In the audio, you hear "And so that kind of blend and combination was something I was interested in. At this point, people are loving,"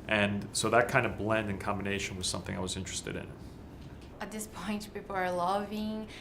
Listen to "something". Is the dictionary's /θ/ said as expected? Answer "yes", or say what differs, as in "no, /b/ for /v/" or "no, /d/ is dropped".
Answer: yes